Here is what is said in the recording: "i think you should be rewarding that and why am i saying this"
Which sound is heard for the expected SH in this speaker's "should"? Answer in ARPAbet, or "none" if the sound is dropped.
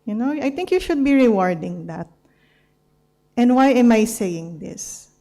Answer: SH